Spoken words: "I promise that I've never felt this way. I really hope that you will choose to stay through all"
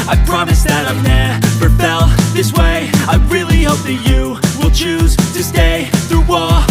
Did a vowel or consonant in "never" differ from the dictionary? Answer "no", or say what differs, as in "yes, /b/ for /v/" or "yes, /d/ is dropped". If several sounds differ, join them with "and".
yes, /f/ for /v/